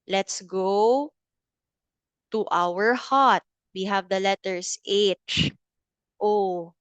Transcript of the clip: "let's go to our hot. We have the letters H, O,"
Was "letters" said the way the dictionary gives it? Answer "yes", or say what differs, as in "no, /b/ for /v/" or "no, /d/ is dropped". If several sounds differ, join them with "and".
no, /s/ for /z/